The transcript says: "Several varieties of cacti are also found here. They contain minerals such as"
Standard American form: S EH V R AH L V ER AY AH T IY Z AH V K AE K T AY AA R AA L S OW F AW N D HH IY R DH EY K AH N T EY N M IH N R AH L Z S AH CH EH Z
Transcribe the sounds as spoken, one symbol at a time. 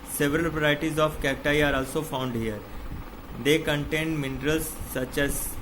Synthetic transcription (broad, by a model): S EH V R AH L P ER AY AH T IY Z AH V K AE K T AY AA R AA L S OW F AW N D HH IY R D EY K AH N T EY N M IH N R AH L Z S AH CH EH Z